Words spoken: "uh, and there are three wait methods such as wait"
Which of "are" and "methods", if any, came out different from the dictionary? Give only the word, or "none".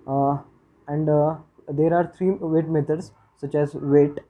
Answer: methods